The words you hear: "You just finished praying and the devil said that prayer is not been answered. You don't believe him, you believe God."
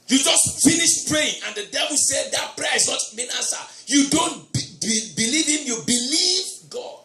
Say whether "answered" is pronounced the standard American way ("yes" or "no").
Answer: no